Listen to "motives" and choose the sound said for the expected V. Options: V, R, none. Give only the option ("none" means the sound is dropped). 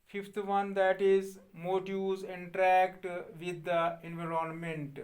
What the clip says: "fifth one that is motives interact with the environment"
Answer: none